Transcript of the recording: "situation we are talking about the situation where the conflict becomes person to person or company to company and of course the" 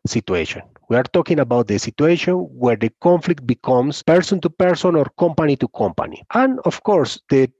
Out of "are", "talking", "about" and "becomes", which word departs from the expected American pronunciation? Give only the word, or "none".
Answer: becomes